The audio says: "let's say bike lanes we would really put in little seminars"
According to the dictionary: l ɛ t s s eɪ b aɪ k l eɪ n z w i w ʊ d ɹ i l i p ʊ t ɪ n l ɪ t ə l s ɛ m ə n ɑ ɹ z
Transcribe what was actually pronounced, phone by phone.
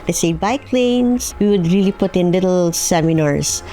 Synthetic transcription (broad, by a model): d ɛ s s eɪ b aɪ k l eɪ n s w i w ʊ d ɹ i l i p ʊ t ɪ n l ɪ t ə l s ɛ m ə n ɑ ɹ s